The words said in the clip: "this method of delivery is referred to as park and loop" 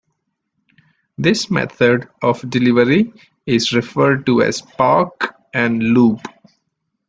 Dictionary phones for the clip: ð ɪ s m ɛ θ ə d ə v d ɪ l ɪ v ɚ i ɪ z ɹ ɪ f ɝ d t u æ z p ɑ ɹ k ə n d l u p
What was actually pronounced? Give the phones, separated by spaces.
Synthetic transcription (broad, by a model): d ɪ s m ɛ t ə d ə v d ɪ l ɪ v ɚ i ɪ z ɹ ɪ f ɝ d t u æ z p ɑ ɹ k ə n d l u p